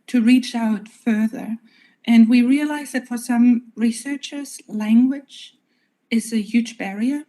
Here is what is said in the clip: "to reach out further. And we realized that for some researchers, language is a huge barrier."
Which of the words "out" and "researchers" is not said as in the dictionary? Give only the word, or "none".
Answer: none